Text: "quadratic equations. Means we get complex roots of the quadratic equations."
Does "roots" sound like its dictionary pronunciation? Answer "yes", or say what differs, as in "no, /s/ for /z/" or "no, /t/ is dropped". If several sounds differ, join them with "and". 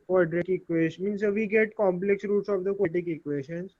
yes